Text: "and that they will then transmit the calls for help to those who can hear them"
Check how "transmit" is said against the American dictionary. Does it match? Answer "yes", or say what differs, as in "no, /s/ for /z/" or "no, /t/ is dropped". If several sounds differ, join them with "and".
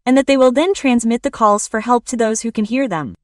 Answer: yes